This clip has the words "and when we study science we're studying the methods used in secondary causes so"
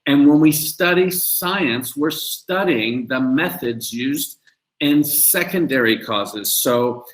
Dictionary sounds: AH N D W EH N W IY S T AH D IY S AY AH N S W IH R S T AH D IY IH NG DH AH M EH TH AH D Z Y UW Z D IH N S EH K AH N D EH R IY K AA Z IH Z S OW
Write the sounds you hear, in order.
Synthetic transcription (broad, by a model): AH N W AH N W IY S T AH D IY S AY AH N S W IH R S T AH D IY IH NG DH AH M EH TH AH D Z Y UW Z D IH N S EH K AH N D EH R IY K AA Z IH Z S OW